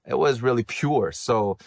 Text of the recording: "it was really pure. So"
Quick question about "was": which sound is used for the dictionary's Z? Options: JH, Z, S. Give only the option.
Z